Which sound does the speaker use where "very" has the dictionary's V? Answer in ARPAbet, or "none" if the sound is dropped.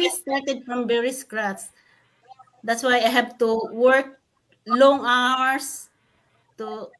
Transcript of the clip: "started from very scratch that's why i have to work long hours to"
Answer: B